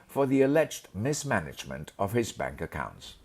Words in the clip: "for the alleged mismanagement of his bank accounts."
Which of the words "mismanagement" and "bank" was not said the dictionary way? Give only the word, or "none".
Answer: none